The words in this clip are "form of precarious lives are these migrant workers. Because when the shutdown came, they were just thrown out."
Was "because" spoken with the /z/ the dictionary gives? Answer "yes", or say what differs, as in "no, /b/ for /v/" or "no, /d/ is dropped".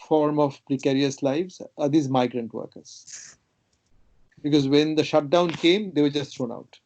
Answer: yes